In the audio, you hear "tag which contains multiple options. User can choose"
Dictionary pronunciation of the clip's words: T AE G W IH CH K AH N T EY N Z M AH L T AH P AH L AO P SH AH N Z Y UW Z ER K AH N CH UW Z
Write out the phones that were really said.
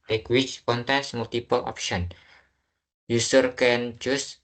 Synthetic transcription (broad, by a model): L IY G W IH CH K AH N T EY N S M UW L T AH P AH L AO P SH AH N Y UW S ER K AH N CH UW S